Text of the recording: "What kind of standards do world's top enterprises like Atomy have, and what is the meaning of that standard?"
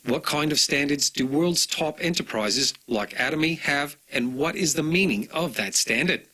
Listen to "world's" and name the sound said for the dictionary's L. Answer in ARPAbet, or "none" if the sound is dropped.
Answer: L